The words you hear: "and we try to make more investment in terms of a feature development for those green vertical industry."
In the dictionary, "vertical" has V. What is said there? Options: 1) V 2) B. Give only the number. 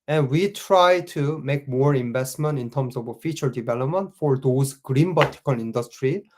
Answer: 2